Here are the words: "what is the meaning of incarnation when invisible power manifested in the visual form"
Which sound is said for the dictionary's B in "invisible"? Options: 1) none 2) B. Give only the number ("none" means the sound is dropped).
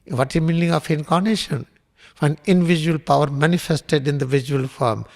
1